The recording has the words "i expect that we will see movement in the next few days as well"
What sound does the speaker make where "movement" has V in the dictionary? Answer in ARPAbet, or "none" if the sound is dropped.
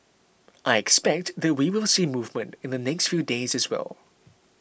V